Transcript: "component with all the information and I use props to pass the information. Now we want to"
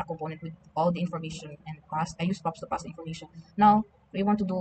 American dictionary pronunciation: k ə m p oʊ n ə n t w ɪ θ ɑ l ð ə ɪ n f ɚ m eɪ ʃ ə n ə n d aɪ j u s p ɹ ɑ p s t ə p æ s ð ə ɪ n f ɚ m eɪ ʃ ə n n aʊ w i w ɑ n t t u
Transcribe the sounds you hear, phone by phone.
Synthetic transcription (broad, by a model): k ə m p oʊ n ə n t w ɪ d ɑ l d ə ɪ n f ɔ m eɪ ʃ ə n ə n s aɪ j u s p ɑ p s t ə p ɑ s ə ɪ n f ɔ m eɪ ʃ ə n n aʊ w i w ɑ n t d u